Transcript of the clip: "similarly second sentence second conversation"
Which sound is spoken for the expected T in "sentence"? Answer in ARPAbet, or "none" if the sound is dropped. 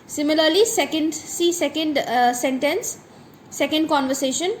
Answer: S